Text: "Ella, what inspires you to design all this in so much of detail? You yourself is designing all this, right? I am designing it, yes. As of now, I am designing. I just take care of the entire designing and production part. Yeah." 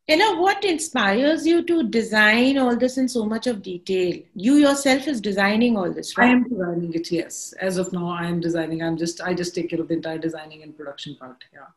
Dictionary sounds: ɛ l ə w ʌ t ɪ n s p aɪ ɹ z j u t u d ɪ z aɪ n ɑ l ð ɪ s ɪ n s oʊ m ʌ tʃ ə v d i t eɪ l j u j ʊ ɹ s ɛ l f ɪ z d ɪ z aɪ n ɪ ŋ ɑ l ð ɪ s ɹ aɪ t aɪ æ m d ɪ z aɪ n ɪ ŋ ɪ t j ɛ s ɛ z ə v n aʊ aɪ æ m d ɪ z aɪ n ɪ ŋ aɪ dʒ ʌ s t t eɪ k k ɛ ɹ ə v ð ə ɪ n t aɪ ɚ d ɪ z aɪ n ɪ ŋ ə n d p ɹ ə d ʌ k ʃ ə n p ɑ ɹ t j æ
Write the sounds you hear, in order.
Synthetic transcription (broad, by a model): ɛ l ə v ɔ t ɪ n s p aɪ ɹ z j u t u d ɪ z aɪ n ɑ l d ɪ s ɪ n s oʊ m ʌ tʃ ə v d i t eɪ l j u j ʊ ɹ s ɛ l f ɪ z d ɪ z aɪ n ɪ ŋ ɑ l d ɪ s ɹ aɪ ɛ m d ɪ z aɪ n ɪ ŋ ɪ t j ɛ s ɛ z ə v n aʊ aɪ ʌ m d ɪ z aɪ n ɪ ŋ aɪ dʒ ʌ s t t eɪ k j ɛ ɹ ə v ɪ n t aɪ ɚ d ɪ z aɪ n ɪ ŋ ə n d p ɹ ə d ʌ k ʃ ə n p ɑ ɹ t j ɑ